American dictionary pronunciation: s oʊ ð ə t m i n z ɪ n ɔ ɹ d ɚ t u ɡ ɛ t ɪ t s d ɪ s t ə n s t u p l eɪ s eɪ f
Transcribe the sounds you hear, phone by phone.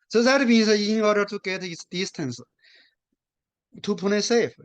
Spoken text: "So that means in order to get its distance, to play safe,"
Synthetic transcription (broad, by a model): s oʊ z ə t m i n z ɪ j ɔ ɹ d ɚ t u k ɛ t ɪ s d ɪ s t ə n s t u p n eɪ s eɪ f